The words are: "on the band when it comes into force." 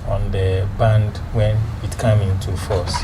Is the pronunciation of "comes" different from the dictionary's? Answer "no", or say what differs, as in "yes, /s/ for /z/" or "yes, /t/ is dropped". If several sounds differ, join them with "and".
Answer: yes, /z/ is dropped